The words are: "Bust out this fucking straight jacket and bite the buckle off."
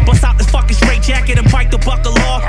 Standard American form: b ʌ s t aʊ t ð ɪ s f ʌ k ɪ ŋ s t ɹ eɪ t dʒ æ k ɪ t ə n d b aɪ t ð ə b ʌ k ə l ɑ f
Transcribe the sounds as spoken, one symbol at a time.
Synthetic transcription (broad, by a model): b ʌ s aʊ t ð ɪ f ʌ k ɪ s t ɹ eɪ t dʒ æ k ɪ t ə n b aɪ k ð ə b ʌ k ə l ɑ